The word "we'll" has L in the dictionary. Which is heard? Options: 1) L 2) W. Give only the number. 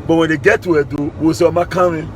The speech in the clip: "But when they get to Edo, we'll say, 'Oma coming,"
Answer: 2